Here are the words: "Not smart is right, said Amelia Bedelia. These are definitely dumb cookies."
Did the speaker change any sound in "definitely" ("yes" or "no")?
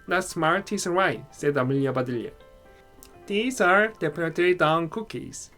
yes